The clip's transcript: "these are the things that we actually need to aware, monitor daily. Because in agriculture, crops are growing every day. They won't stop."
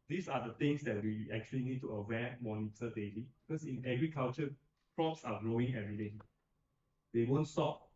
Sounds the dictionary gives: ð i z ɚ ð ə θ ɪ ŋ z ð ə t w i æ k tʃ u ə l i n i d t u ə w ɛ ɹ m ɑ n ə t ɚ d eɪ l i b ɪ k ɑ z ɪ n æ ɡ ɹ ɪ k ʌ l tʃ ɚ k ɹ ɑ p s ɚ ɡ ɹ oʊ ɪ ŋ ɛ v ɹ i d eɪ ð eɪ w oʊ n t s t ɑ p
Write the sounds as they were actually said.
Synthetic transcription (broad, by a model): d i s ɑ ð ə t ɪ ŋ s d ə t w i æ k tʃ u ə l i n i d t u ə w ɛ m ɑ n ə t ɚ d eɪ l i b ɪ k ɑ s ɪ n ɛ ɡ ɹ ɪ k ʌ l tʃ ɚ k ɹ ɑ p s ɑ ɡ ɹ oʊ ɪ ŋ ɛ ɹ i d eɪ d eɪ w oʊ n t s t ɑ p